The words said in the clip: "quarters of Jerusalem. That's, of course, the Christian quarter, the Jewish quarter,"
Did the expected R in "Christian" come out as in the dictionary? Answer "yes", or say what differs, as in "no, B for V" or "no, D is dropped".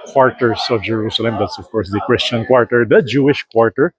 yes